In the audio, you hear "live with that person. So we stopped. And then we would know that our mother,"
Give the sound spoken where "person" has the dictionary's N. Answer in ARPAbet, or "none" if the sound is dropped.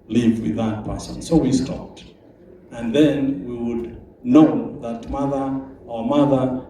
N